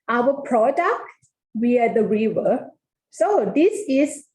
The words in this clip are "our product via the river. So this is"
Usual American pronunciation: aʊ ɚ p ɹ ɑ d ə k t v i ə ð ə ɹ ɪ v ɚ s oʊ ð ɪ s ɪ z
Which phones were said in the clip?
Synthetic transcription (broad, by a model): aʊ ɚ p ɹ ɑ d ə k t w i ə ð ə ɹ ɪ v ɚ s oʊ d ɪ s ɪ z